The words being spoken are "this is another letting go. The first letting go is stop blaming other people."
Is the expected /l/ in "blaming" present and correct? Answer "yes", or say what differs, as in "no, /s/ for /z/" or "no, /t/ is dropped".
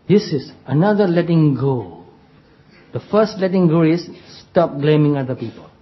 yes